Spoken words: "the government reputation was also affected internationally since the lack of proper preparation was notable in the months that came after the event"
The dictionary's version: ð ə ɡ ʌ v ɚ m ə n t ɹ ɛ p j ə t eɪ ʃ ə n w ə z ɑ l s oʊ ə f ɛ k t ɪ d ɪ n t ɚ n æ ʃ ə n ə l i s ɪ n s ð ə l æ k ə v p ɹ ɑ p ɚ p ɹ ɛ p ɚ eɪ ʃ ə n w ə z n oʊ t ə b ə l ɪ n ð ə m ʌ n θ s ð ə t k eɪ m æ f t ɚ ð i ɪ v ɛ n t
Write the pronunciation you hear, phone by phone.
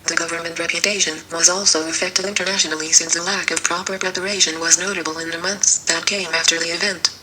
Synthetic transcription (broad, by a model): ð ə ɡ ʌ v ɚ m ə n t ɹ ɛ p j ə t eɪ ʃ ə n w ə z ɑ l s oʊ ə f ɛ k t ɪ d ɪ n t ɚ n æ ʃ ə n l i s ɪ n s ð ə l æ k ə v p ɹ ɑ p ɚ p ɹ ɛ p ɚ eɪ ʃ ə n w ə z n oʊ t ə b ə l ɪ n ð ə m ʌ n θ s ð ə t k eɪ m æ f t ɚ ð i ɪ v ɛ n t